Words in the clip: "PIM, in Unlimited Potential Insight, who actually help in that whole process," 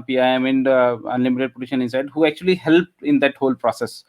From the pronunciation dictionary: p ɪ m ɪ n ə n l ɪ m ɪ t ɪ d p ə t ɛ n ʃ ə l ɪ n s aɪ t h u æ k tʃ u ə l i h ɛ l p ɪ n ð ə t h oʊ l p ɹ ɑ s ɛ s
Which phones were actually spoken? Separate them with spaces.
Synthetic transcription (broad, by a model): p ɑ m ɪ n ə n l ɪ m ɪ t ɪ d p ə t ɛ ʃ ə n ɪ n s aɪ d h u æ k tʃ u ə l i h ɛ l p ɪ n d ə t h oʊ l p ɹ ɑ s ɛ s